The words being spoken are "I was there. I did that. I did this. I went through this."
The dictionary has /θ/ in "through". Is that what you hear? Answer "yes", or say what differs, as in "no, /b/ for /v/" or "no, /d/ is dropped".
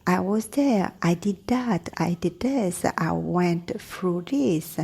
no, /f/ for /θ/